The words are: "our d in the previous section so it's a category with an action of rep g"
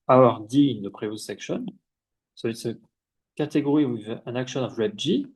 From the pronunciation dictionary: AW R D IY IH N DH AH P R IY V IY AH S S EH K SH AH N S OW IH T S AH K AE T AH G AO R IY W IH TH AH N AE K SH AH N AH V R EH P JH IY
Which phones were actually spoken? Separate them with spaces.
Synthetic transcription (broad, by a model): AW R D IY IH N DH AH P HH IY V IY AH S S EH K SH AH N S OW IH T S AH K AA T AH G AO R IY W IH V AH N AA K SH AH N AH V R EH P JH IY